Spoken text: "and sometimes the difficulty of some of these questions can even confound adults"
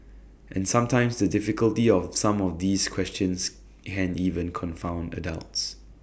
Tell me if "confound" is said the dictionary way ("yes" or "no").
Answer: yes